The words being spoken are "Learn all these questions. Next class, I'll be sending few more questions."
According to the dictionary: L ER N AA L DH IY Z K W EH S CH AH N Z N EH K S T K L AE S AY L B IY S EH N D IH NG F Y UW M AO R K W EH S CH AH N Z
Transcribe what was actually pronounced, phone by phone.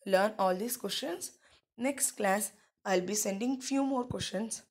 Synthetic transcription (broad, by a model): L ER N AA L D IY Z K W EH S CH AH N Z N EH K S T K L AE S AY L B IY S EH N D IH NG F Y UW M AO R K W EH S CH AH N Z